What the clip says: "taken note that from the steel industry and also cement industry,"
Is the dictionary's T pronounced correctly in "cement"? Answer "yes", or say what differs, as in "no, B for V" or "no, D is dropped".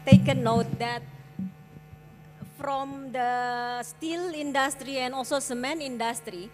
no, T is dropped